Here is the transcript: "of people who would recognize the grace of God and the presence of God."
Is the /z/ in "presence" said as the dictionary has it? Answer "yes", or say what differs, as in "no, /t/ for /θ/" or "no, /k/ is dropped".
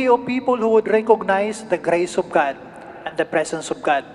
no, /s/ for /z/